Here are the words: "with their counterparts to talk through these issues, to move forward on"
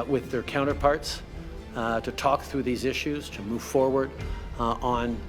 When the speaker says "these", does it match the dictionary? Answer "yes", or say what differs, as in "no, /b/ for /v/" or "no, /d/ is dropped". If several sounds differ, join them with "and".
yes